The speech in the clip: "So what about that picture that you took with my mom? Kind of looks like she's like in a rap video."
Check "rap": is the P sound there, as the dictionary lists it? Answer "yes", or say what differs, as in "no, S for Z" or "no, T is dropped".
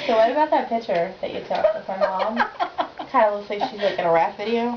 no, F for P